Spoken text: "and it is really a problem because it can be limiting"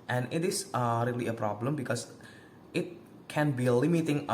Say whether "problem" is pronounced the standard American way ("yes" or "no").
yes